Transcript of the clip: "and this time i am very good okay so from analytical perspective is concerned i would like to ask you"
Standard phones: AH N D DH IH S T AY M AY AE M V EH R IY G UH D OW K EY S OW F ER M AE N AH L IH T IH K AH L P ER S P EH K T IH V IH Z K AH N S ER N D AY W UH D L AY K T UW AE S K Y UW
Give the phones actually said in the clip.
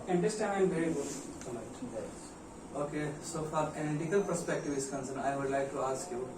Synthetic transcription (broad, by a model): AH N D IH S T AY AY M V EH R IY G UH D OW K EY S OW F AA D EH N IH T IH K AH L P ER S P EH K T IH V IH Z K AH N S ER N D AY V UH D L AY K T UW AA S K Y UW